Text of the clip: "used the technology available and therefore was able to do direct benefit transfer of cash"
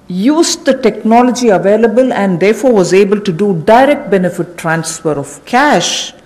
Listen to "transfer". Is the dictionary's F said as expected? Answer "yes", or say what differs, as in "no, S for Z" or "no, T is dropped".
yes